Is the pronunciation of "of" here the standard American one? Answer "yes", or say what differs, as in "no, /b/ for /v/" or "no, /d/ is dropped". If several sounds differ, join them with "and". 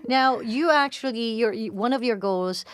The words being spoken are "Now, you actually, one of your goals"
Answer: yes